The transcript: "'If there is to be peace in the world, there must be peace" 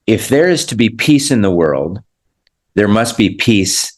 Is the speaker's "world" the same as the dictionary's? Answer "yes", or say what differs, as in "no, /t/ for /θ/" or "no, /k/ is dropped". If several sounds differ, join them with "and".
yes